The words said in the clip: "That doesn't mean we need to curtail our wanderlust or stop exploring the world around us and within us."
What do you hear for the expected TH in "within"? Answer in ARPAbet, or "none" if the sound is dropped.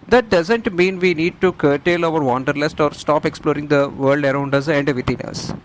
T